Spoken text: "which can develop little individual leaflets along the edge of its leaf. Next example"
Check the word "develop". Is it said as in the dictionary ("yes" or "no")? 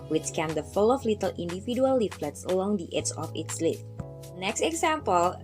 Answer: no